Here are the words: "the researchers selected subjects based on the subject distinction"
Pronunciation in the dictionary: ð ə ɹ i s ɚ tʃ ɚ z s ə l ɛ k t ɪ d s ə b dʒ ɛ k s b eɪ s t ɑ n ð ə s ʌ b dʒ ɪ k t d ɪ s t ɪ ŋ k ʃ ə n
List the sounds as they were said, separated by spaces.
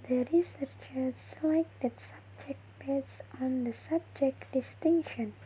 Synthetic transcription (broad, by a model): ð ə ɹ i s ɚ tʃ ɚ z s ə l ɛ k t ɪ d s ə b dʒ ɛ k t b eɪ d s ɑ n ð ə s ʌ b dʒ ɪ k t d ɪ s t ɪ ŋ k ʃ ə n